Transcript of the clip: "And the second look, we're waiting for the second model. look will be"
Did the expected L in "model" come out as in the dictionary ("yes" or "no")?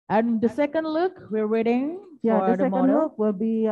no